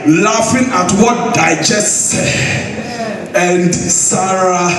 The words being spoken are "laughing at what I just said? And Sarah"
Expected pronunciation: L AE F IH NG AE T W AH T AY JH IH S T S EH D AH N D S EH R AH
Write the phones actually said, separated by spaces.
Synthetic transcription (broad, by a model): L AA F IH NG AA T W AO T AY JH IH S T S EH AH N D S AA R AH